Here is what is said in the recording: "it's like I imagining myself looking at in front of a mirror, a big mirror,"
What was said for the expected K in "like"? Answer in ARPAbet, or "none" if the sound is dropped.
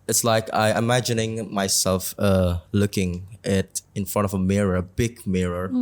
K